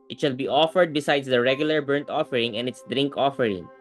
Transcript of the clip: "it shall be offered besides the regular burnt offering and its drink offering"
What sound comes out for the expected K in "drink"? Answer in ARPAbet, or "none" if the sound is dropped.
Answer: K